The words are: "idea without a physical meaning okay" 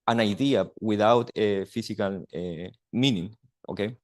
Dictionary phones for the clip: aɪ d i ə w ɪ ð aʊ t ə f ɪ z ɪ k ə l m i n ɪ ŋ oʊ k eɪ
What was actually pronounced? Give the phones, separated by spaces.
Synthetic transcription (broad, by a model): aɪ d i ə w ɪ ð aʊ t ə f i s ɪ k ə l m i n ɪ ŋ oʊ k eɪ